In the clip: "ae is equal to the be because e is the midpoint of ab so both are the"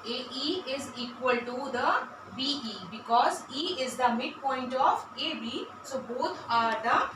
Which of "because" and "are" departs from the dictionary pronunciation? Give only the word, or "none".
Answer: none